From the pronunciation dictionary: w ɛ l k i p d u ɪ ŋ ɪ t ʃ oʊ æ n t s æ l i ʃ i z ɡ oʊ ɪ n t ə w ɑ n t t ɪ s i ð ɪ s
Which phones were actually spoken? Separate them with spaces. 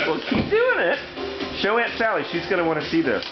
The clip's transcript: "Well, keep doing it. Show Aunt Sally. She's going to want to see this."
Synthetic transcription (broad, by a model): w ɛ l k i p d u ɪ ŋ ɪ t ʃ oʊ æ n t s æ l i ʃ i z ɡ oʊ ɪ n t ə w ɑ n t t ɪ s i ð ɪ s